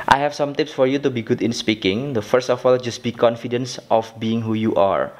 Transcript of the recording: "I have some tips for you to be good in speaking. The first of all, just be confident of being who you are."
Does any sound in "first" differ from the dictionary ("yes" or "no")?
no